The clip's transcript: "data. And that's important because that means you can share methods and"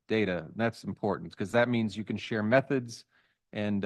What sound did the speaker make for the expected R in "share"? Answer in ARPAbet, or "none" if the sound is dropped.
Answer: R